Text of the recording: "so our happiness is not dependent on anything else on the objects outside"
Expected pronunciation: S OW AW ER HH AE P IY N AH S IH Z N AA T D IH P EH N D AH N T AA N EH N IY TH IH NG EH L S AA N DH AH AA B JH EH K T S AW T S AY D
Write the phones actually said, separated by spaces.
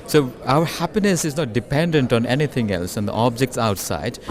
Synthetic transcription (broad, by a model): S OW AW ER HH AE P IY N AH S IH Z N AA T D IH P EH N D AH N T AA N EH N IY T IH NG EH L S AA N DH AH AA B JH EH K T S AW T S AY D